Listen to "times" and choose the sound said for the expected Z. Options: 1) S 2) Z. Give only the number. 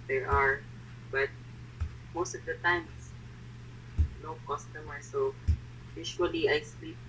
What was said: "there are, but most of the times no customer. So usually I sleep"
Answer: 1